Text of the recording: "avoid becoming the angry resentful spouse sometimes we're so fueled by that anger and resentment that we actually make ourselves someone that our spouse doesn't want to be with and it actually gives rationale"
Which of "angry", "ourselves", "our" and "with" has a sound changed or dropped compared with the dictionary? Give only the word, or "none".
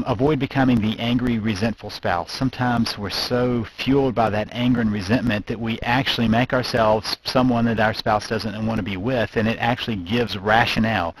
none